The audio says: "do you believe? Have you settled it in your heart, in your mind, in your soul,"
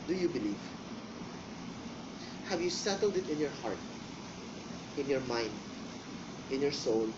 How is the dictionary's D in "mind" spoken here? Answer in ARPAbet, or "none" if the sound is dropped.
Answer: D